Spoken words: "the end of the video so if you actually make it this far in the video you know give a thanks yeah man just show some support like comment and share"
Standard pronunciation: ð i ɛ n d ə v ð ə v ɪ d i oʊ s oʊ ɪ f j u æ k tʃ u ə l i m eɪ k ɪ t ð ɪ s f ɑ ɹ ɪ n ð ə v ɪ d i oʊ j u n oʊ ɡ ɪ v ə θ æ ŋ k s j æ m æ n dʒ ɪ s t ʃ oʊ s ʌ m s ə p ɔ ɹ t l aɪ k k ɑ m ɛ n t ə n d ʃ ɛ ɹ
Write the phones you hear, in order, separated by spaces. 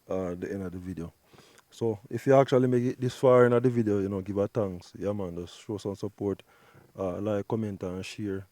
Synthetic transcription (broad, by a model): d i ɛ n d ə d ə v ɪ d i oʊ s oʊ ɪ f j u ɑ k tʃ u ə l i m eɪ k ɪ t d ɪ s f ɑ ɹ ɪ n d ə v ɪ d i oʊ j u n oʊ ɡ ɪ v ə t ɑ ŋ k s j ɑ m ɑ n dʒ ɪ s ʃ oʊ s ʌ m s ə p ɔ ɹ t l aɪ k k ɑ m ɛ n t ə n ʃ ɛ ɹ